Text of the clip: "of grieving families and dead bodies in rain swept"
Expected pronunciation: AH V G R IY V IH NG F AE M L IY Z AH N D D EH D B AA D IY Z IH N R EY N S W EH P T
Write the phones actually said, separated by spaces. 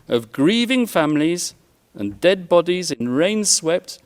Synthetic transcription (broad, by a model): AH V G R IY V IH NG F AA M L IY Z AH N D D EH D B AA D IY Z IH N R EY N S W EH P T